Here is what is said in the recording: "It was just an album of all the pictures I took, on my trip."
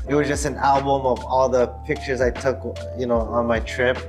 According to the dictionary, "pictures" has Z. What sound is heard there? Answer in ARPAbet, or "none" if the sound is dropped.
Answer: Z